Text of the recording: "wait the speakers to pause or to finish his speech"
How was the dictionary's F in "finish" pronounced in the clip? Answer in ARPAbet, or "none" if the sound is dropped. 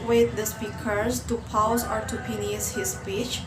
P